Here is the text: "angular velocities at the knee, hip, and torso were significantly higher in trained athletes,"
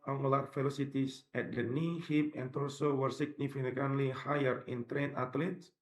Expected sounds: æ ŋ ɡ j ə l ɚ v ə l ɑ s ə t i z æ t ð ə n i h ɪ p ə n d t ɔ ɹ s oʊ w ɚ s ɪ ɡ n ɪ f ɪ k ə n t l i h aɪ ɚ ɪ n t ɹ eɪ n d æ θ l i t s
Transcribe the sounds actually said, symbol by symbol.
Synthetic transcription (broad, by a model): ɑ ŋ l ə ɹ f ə l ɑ s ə t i s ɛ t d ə n i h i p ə n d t ɔ l s oʊ w ɚ s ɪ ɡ n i f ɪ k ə n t l i h aɪ ɚ ɪ n t ɹ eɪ n ɑ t l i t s